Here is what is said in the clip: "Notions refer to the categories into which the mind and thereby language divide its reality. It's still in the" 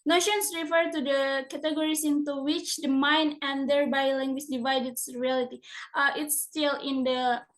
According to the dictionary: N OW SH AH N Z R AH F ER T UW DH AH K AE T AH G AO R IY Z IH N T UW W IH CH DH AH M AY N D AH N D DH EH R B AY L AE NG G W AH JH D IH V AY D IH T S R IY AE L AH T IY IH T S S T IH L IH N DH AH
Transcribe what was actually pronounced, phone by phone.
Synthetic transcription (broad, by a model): N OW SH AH N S R AH F ER T UW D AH K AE T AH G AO R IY S IH N T UW W IH CH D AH M AY N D AH N D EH R B AY L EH NG G W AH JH D IH V AY D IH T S R IY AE L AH T IY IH T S S T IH L IH N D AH